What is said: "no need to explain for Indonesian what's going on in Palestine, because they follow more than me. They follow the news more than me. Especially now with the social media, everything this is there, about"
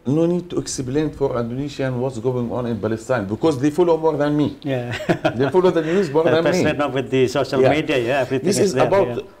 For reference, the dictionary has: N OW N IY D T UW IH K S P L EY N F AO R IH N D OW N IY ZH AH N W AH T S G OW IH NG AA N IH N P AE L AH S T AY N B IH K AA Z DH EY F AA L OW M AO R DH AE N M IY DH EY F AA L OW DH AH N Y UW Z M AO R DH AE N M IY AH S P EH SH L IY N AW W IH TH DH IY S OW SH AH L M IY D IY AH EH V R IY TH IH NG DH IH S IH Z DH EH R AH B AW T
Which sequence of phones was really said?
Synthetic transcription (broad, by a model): N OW N IY D T UW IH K S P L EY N F AO R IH N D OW N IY SH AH N W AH T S G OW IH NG AA N IH N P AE L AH S T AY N B IH K AA Z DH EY F AA L OW M AO R DH AE N M IY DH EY F AA L OW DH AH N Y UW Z M AO R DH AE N M IY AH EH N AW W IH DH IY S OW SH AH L M IY D IY AH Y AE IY F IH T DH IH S IH Z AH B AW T